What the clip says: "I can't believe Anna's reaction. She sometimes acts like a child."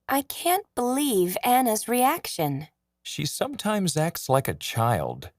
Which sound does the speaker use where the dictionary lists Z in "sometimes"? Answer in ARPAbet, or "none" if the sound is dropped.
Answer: Z